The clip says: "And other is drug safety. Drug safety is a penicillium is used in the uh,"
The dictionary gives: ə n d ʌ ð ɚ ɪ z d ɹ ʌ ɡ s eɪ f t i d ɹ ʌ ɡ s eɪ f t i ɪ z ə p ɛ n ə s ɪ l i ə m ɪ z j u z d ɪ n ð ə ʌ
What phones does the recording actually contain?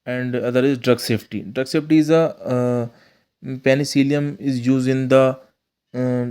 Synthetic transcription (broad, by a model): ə n d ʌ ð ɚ ɪ z d ɹ ʌ ɡ s eɪ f t i d ɹ ʌ ɡ s eɪ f t i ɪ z ə p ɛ n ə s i l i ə m ɪ z j u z ɪ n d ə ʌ